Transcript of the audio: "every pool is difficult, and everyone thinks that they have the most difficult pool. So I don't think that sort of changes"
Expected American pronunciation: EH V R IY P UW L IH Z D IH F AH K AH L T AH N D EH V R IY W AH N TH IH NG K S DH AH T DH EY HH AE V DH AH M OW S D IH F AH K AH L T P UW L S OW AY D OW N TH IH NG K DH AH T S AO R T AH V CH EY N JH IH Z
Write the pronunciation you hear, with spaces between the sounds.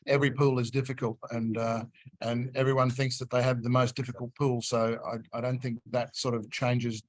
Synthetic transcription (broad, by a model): EH V R IY P UW L IH Z D IH F AH K AH L T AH N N EH V R IY W AH N TH IH NG K S DH AH T DH EY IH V DH AH M OW S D IH F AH K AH L T P UW L S OW AY D OW N TH IH NG K DH AH T S AO R T AH V CH EY N JH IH Z